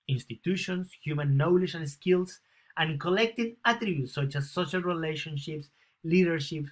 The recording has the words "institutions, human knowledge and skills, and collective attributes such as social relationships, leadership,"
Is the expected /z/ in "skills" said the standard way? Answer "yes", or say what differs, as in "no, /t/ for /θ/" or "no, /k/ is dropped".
no, /s/ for /z/